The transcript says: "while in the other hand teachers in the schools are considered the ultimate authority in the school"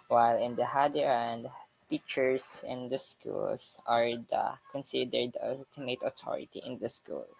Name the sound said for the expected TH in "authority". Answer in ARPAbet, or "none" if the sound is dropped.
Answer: T